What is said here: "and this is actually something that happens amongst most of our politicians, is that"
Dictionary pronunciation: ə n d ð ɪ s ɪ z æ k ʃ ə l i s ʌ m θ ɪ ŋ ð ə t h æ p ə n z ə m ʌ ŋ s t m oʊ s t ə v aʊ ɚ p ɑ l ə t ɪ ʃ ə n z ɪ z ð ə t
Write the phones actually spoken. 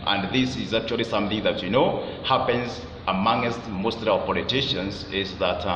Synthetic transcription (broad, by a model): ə n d ð ɪ s ɪ z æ k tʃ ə l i s ʌ m θ ɪ ŋ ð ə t h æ p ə n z ə m ʌ ŋ s t m oʊ s t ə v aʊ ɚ p ɑ l ə t ɪ ʃ ə n z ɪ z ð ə t